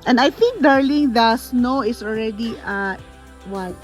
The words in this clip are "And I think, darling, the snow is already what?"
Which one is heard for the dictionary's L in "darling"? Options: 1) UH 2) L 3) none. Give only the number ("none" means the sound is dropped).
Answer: 2